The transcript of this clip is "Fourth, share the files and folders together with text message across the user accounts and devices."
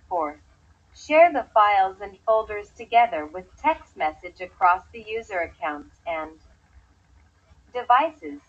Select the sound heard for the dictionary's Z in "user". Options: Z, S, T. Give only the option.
Z